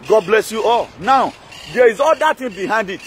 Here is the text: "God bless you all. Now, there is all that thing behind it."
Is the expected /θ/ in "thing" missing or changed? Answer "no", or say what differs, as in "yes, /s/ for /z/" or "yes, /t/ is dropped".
yes, /t/ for /θ/